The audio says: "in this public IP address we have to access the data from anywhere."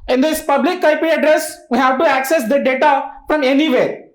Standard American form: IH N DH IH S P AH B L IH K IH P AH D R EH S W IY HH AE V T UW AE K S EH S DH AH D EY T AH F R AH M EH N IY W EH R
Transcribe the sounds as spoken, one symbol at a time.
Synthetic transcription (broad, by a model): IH N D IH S P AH B L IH K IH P AH D R EH S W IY HH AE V T UW AE K S EH S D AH D EY T AH F R AH M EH N IY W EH R